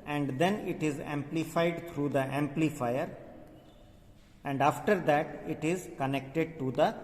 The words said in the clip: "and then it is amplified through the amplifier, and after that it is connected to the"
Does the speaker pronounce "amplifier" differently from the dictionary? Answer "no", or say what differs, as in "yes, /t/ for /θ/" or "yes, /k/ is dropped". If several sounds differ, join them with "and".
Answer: no